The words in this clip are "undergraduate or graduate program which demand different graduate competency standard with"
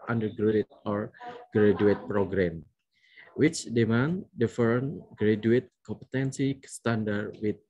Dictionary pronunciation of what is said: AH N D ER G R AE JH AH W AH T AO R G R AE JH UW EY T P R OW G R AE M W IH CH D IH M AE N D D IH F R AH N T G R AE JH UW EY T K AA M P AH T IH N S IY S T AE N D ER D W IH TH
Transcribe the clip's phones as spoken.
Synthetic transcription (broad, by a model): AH N D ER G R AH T AO R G R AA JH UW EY T P R OW G R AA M W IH CH D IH M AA N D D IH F AH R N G R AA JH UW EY T K AA M P AH T IH N S IY S T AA N D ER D W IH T